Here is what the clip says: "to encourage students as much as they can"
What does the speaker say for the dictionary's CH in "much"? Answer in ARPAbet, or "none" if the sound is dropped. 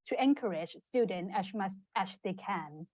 none